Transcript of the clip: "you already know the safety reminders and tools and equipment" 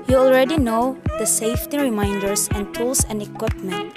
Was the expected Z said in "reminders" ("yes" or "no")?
no